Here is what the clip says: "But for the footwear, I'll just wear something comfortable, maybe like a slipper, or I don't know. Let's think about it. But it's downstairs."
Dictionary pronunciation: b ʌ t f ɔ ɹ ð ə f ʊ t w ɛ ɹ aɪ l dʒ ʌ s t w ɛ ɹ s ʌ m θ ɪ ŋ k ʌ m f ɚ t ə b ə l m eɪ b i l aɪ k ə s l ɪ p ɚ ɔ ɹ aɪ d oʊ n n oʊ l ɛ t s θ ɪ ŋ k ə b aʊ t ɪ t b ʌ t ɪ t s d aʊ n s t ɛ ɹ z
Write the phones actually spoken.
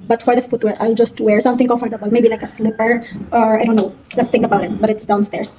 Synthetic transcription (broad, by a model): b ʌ t f ɔ ɹ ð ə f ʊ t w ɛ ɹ aɪ l dʒ ʌ s t w ɛ ɹ s ʌ m θ ɪ ŋ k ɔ f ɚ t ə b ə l m eɪ b i l aɪ k ə s l ɪ p ɚ ɔ ɹ aɪ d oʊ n n oʊ l ɛ t s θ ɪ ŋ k ə b aʊ t ɪ t b ʌ t ɪ t s d aʊ n s t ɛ ɹ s